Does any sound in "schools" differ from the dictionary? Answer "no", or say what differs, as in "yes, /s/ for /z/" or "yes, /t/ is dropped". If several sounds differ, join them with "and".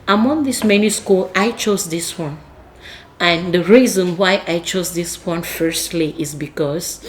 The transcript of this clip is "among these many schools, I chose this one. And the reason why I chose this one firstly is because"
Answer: yes, /z/ is dropped